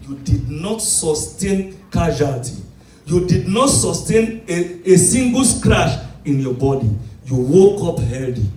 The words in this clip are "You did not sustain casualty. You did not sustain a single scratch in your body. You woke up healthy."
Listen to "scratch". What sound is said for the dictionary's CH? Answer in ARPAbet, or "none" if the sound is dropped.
SH